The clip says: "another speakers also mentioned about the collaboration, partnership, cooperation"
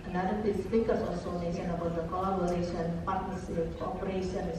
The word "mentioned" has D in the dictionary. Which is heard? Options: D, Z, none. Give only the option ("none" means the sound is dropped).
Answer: none